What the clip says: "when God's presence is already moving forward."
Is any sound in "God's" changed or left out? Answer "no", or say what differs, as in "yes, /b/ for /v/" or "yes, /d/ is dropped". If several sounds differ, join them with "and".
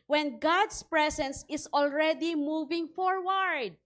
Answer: yes, /s/ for /z/